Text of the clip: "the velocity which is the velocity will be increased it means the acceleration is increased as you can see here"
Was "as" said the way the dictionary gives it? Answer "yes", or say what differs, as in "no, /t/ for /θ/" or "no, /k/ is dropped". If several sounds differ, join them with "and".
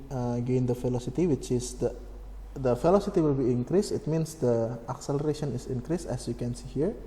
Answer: no, /s/ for /z/